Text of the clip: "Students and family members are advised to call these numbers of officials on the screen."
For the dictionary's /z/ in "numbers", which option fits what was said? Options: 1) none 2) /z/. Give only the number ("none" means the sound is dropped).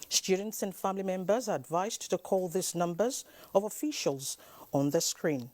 2